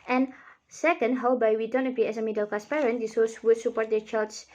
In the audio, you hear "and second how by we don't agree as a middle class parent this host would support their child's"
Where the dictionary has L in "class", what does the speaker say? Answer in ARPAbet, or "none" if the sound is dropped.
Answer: none